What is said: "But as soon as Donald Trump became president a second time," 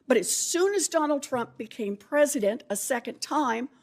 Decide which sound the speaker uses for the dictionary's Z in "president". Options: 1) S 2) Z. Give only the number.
2